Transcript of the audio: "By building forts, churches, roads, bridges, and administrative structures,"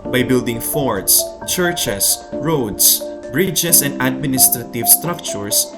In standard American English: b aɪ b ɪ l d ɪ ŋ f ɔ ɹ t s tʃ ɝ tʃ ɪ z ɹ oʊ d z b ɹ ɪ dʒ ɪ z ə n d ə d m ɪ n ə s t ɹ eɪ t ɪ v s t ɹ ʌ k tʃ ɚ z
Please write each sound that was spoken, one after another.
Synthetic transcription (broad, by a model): b aɪ b ɪ l d ɪ ŋ f ɔ ɹ t s tʃ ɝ tʃ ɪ s ɹ oʊ d s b ɹ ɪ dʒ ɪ s ə n d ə d m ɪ n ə s t ɹ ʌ t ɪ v s t ɹ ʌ k tʃ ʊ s